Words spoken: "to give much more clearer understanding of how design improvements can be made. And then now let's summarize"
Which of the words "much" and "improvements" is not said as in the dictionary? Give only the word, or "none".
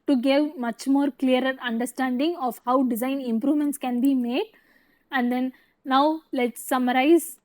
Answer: none